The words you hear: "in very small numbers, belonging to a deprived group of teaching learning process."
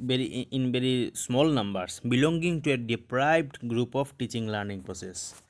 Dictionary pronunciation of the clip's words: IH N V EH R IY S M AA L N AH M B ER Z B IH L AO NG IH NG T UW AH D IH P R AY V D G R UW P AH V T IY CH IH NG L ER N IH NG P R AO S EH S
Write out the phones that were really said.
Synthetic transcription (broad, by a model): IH N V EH R IY S M AA L N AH M B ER S B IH L AO NG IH NG T UW AH D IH P R AY B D G R UW P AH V T IY CH IH NG L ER N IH NG P R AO S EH S